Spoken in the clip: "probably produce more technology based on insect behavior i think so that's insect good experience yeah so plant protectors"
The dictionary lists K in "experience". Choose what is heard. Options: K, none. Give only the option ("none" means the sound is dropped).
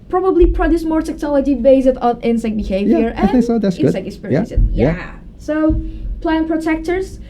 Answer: none